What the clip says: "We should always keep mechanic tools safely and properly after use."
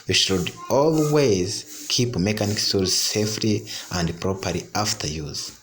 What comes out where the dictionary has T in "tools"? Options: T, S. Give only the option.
S